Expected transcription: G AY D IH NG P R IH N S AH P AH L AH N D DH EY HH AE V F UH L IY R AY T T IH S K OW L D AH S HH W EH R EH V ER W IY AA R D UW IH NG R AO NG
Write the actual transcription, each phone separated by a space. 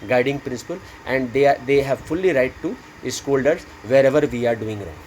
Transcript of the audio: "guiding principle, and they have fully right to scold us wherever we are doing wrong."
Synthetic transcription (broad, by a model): G AY D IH NG P R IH N S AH P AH L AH N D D EY HH AE V F UH L IY R AY T T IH S K OW L D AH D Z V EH R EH V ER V IY AA R D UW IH NG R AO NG